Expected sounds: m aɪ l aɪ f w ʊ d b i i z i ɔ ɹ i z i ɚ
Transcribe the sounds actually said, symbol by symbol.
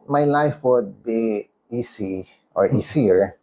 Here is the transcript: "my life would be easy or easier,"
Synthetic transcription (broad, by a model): m aɪ l aɪ f w ʊ d b i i s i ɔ ɹ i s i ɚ